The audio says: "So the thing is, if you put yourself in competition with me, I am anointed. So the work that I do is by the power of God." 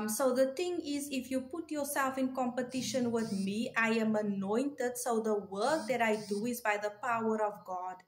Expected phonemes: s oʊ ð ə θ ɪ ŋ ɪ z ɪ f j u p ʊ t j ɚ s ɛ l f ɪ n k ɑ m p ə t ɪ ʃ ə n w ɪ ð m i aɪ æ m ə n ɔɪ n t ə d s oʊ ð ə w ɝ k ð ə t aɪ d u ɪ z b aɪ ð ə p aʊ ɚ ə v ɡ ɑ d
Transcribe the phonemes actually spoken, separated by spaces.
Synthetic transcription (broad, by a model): s oʊ ð ə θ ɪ ŋ ɪ z ɪ f j u p ʊ t j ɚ s ɛ l f ɪ n k ɑ m p ə t ɪ ʃ ə n w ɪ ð m i aɪ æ m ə n ɔɪ n t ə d s oʊ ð ə w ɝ k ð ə t aɪ d u ɪ z b aɪ ð ə p aʊ ɚ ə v ɡ ɑ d